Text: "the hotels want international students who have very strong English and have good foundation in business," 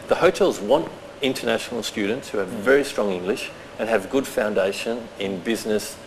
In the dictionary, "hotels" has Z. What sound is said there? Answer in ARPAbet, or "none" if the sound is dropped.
Z